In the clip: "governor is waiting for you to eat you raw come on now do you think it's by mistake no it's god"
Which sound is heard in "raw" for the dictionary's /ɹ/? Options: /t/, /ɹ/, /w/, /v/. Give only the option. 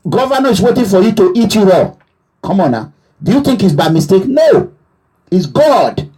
/w/